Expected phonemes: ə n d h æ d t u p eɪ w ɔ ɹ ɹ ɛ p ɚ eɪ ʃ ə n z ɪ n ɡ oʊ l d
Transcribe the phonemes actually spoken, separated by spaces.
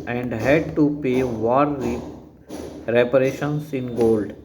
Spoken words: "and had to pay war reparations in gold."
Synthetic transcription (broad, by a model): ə n d h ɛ d t u p eɪ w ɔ ɹ ɹ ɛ p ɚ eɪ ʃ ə n s ɪ n ɡ oʊ l d